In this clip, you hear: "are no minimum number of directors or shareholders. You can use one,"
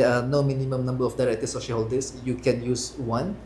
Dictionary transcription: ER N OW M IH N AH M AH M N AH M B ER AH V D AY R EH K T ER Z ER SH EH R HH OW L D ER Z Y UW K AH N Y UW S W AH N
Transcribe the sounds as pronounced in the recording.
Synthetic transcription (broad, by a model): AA N OW M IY N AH M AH M N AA M B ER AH F D AY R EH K T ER S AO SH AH L HH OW L D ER S Y UW K AH N Y UW S W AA N